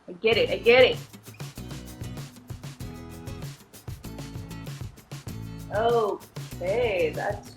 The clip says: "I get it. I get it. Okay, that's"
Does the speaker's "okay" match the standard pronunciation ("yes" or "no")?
no